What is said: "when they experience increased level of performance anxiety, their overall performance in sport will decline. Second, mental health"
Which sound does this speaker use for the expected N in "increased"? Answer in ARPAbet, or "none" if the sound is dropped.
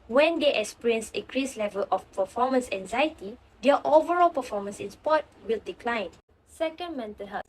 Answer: none